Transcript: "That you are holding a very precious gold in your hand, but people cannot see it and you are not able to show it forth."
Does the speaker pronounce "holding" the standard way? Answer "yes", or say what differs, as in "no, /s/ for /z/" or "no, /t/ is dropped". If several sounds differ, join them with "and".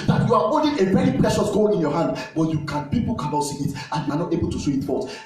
no, /n/ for /l/